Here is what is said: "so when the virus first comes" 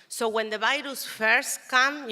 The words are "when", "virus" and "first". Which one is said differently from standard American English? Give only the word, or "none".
virus